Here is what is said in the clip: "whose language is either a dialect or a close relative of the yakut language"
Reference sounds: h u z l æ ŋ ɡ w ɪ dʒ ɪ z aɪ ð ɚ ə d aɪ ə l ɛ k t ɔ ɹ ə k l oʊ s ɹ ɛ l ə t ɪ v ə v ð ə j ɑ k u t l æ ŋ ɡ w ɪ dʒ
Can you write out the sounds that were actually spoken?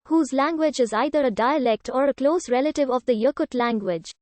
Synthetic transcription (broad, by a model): h u z l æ ŋ ɡ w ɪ dʒ ɪ z aɪ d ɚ ə d aɪ ə l ɛ k t ɔ ɹ ə k l oʊ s ɹ ɛ l ə t ɪ v ə v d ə j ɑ k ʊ t l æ ŋ ɡ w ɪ dʒ